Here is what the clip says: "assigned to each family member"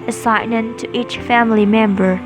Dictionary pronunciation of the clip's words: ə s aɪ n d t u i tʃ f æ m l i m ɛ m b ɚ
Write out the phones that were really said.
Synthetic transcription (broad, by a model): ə s aɪ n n t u i tʃ f æ m l i m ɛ m b ɚ